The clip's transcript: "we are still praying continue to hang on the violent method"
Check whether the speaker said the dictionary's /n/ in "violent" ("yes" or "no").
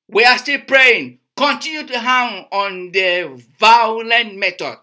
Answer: yes